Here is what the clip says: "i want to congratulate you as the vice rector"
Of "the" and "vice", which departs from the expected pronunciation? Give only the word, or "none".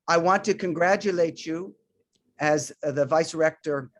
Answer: none